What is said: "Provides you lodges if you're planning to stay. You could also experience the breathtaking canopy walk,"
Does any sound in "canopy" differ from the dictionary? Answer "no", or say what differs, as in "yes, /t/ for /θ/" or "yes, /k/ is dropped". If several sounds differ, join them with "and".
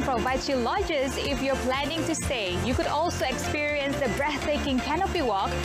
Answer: yes, /b/ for /p/